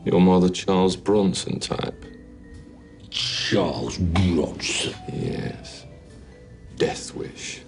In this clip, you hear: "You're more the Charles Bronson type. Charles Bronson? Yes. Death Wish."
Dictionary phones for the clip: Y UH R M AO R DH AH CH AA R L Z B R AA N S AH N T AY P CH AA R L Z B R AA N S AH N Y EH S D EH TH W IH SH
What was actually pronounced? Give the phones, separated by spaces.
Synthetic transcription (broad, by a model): Y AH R M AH DH AH CH AA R L Z B R AA N S AH N T AY P CH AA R L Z B R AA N S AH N Y EH S D EH TH W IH SH